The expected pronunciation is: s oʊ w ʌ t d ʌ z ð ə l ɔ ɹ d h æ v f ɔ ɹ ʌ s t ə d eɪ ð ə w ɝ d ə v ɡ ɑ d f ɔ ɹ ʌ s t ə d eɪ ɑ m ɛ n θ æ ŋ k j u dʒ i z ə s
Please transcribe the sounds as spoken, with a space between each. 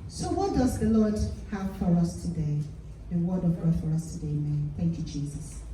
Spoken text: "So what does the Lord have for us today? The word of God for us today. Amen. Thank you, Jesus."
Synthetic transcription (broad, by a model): s oʊ w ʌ t d ʌ z ð ə l ɔ ɹ d h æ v f ɔ ɹ ʌ s t ə d eɪ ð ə w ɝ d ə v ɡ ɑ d f ɔ ɹ ʌ s t ə d eɪ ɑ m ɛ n θ æ ŋ k j u dʒ i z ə s